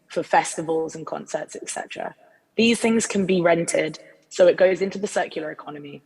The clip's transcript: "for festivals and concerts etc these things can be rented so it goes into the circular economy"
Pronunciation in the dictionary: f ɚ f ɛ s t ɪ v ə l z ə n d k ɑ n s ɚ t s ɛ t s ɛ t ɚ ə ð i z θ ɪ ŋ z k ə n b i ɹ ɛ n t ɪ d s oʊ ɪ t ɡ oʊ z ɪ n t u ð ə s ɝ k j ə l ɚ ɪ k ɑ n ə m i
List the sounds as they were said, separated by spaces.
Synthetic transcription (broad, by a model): f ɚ f ɛ s t ɪ v ə l z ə n k ɑ n s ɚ t s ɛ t s ɛ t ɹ ə ð i z θ ɪ ŋ z k ə n b i ɹ ɛ n t ɪ d s oʊ ɪ t ɡ oʊ z ɪ n t u ð ə s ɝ k j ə l ɚ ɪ k ɑ n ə m i